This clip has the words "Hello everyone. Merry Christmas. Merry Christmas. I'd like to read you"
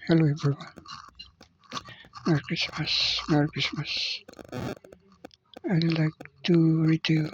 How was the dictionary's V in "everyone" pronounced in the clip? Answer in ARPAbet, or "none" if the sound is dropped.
B